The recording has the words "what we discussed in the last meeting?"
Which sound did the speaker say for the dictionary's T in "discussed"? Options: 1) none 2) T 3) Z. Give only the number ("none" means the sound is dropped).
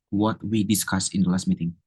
1